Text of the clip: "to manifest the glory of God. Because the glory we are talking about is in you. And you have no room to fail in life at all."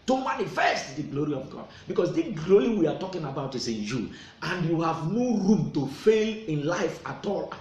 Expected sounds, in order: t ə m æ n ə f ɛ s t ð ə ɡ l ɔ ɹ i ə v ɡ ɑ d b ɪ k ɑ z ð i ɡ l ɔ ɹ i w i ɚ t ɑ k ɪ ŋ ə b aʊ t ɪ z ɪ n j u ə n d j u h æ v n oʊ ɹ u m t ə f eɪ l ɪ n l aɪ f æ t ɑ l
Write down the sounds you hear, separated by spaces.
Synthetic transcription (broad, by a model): t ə m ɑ n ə f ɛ s t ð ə ɡ l ɔ ɹ i ə v ɡ ɑ d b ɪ k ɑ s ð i ɡ l ɔ ɹ i w i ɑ t ɑ k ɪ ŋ ə b aʊ t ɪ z ɪ n j u ə n d j u h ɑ v n oʊ ɹ u m t ə f eɪ l ɪ n l aɪ f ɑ t ɑ l